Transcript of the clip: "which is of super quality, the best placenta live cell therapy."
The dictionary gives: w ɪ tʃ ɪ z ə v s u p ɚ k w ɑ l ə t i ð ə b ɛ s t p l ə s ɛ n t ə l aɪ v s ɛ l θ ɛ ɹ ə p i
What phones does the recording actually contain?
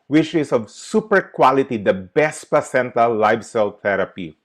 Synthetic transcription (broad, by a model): w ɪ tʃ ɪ s ə v s u p ɚ k w ɑ l ə t i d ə b ɛ s t p ə s ɛ n t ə l aɪ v s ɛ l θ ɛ ɹ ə p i